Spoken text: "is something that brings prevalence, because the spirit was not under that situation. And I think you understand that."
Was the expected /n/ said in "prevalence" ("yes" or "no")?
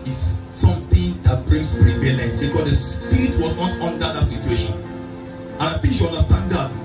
no